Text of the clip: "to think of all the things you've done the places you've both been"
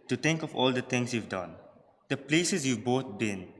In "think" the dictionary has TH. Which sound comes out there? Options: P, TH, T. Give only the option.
T